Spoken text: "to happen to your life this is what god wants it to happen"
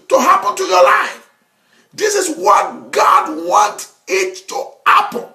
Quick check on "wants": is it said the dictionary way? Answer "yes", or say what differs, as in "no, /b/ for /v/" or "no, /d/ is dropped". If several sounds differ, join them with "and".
no, /s/ is dropped